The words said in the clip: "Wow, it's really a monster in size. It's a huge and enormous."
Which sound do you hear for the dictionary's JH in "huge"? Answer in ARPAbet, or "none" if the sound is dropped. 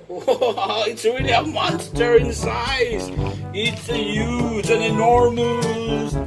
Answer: Z